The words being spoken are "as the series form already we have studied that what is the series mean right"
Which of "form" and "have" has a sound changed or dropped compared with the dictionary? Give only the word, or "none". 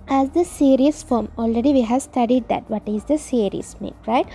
none